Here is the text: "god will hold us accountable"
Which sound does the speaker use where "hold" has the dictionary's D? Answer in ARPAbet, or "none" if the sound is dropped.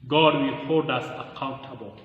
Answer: D